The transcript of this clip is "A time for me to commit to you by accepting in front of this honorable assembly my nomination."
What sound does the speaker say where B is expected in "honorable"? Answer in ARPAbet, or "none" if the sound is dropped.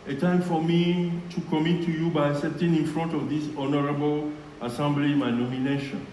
B